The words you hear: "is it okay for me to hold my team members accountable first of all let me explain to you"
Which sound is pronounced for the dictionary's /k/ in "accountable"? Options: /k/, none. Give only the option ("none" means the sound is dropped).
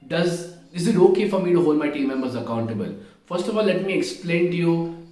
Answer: /k/